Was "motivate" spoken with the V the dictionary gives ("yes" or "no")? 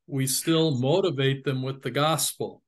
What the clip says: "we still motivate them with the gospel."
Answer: yes